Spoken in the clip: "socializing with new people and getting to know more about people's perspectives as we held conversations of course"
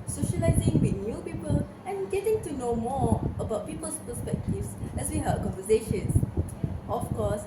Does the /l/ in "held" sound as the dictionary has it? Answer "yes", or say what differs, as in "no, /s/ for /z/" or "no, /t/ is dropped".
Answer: no, /l/ is dropped